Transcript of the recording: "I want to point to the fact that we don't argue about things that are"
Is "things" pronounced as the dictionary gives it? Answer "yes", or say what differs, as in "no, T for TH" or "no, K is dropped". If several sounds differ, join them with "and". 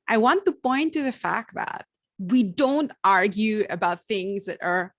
yes